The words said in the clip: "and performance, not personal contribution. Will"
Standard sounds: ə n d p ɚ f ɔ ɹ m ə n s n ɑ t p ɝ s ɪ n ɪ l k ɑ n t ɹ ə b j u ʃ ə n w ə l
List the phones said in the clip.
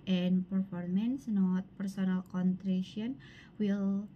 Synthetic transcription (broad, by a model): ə n p ɚ f ɔ ɹ m ə n s n ɑ t p ɝ s ɪ n ɪ l k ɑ n t ɹ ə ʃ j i ə n w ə l